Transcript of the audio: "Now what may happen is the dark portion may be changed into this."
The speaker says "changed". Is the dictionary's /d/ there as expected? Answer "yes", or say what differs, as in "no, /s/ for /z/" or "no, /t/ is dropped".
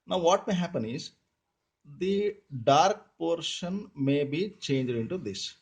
yes